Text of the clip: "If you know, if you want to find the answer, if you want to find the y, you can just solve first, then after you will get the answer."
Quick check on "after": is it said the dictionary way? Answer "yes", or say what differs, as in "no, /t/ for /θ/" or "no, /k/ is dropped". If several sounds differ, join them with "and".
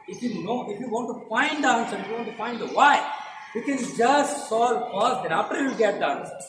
no, /p/ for /f/